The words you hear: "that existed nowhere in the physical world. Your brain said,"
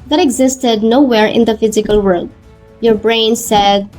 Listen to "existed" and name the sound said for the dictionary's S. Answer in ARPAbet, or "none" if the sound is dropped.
S